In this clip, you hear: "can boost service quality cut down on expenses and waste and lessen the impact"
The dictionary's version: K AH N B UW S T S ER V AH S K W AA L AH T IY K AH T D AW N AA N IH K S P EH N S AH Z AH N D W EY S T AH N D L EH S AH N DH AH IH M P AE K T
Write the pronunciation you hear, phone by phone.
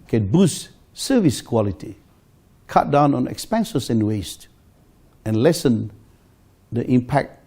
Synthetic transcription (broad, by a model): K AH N B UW S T S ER V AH S K W AA L AH T IY K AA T D AW N AA N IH K S P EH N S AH S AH N W EY S T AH N L EH S AH N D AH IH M P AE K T